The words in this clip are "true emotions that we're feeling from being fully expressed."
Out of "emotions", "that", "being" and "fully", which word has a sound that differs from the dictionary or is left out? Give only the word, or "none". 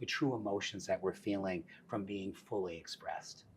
none